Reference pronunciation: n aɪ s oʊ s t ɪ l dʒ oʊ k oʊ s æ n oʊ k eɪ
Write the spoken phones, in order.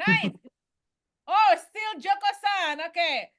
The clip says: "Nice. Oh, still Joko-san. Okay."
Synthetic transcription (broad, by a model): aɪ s oʊ s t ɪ l dʒ oʊ k oʊ s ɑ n oʊ k eɪ